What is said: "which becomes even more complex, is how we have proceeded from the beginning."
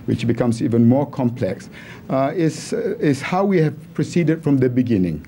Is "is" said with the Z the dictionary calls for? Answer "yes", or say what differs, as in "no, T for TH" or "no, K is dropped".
no, S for Z